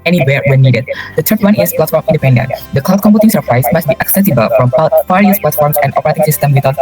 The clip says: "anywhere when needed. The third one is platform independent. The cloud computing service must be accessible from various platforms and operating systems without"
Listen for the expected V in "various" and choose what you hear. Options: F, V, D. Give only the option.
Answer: F